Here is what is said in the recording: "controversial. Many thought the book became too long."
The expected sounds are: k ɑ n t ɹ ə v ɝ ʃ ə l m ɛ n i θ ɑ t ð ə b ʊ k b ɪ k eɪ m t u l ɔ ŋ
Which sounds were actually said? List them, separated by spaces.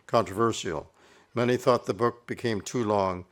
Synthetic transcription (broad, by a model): k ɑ n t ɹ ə v ɝ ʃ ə l m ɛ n i θ ɑ t ð ə b ʊ k b ɪ k eɪ m t u l ɔ ŋ